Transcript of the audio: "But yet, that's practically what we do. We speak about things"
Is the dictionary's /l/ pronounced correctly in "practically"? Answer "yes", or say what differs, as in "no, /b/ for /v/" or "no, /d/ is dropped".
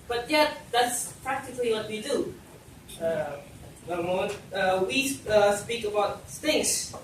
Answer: yes